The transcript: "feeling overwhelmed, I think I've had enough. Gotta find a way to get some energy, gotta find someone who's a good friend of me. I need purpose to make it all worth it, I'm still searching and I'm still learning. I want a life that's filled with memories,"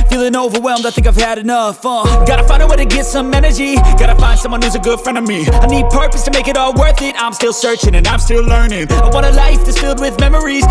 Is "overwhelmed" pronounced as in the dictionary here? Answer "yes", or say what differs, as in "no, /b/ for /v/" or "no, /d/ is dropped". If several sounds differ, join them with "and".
yes